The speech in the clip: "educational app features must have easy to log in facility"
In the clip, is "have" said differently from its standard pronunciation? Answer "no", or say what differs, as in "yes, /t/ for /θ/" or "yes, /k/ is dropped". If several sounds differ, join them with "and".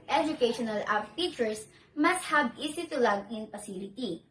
yes, /b/ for /v/